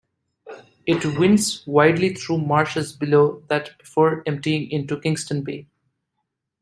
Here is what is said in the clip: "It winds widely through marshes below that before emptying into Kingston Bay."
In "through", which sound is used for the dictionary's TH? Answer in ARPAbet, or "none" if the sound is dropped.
T